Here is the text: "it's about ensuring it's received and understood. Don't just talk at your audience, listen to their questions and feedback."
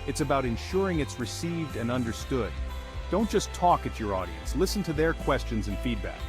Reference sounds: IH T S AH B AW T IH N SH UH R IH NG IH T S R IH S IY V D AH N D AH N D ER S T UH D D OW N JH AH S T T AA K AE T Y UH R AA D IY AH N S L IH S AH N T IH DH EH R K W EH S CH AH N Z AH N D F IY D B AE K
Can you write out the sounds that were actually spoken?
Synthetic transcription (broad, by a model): IH T S AH B AW T IH N SH UH R IH NG IH T S R IH S IY V D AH N AH N D ER S T UH D D OW N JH AH S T T AA K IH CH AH R AA D IY AH N S L IH S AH N T IH DH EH R K W EH S CH AH N Z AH N F IY D B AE K